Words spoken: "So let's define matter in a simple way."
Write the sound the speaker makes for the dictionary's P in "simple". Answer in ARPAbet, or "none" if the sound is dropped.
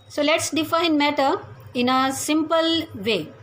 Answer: P